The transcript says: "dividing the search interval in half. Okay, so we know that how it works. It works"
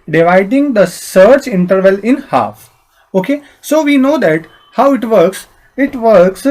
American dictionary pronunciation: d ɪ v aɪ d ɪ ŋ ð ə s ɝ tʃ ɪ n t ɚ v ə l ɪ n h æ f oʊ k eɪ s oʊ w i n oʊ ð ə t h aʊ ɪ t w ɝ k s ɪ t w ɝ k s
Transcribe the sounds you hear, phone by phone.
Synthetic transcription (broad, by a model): d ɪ v aɪ d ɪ ŋ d ə s ɝ tʃ ɪ n t ɚ v ə l ɪ n h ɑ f oʊ k eɪ s oʊ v i n oʊ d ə t h aʊ ɪ t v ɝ k s ɪ t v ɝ k s